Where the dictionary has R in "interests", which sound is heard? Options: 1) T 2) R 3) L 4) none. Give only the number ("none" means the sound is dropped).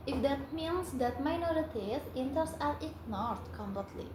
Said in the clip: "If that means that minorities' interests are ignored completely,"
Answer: 4